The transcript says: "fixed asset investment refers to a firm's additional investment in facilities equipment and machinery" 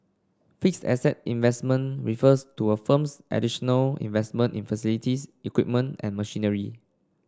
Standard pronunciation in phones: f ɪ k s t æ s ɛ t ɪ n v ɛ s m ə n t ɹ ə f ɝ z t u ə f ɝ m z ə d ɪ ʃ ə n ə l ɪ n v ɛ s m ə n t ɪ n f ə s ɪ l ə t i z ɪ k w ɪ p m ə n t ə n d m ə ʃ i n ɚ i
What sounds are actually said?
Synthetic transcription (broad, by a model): f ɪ k s ɛ s ɛ t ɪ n v ɛ s m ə n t ɹ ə f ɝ s t u ə f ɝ m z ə d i ʃ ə n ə l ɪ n v ɛ s m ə n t ɪ n f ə s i l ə t i s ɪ k w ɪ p m ə n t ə n m ə ʃ i n ɚ i